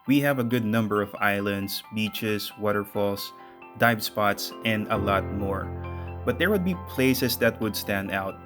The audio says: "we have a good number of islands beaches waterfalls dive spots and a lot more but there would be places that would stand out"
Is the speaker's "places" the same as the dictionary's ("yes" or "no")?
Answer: no